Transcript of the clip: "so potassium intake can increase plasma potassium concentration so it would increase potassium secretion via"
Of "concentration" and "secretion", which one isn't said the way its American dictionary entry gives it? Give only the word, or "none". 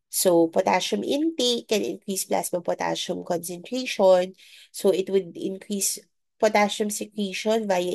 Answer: secretion